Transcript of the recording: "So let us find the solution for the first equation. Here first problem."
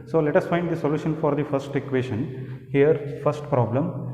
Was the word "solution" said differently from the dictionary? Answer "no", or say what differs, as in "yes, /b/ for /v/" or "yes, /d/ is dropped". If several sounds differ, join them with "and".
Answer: no